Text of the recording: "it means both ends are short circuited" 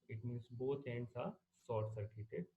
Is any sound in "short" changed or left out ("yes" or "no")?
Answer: yes